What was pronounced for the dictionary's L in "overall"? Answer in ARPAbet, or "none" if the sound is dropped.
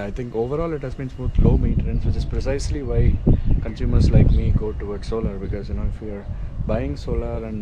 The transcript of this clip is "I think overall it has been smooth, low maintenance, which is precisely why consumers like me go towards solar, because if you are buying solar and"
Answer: L